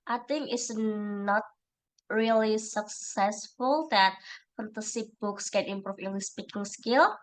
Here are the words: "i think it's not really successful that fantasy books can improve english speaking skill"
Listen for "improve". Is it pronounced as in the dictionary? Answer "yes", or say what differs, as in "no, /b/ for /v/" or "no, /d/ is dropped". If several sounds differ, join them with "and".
no, /f/ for /v/